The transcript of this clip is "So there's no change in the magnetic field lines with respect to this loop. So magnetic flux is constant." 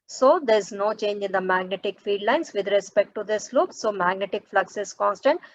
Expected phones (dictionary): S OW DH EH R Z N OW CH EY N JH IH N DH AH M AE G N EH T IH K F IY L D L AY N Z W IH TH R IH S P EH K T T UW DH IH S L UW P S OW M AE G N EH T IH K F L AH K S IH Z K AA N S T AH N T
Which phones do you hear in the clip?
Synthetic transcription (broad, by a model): S OW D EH R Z N OW CH EY N JH IH N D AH M AE G N EH T IH K F IY D L AY N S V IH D R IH S P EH K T T UW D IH S L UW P S OW M AE G N EH T IH K F L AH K S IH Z K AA N S T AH N T